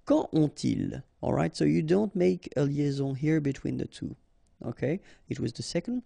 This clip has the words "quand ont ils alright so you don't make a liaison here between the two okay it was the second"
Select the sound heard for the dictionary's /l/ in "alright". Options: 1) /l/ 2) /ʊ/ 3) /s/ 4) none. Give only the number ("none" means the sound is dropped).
1